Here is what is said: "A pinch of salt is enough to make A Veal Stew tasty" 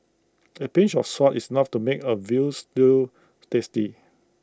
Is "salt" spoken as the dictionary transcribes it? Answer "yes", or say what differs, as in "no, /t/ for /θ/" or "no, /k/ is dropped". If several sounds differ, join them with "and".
no, /l/ is dropped